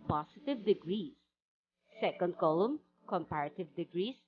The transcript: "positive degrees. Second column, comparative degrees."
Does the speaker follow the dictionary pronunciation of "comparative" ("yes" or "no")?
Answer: yes